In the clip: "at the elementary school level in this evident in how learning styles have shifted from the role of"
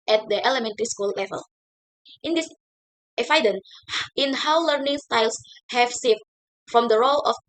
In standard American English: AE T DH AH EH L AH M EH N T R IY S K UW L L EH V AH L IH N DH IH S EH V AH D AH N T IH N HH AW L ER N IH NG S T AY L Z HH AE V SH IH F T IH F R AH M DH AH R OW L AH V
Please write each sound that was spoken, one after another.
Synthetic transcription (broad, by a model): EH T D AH EH L AH M EH N T R IY S K UW L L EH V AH L IH N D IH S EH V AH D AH N IH N HH AW L ER N IH NG S T AY L S HH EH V S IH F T F R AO M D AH R OW L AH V